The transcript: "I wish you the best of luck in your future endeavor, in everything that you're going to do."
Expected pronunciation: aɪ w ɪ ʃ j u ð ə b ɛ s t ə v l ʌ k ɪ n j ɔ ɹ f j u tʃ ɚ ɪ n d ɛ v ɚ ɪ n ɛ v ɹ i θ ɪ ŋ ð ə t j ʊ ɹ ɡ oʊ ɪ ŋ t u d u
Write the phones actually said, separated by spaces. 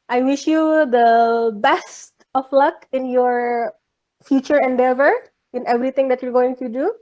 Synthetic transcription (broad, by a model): aɪ w ɪ ʃ j u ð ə b ɛ s t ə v l ʌ k ɪ n j ɔ ɹ f j u tʃ ɚ ɪ n d ɛ v ɚ ɪ n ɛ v ɹ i t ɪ ŋ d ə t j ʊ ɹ ɡ oʊ ɪ ŋ t u d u